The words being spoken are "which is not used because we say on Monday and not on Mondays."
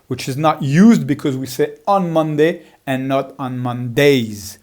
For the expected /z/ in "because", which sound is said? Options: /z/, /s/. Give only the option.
/z/